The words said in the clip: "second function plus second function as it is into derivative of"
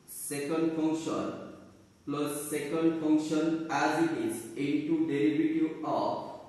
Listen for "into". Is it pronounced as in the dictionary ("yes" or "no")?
yes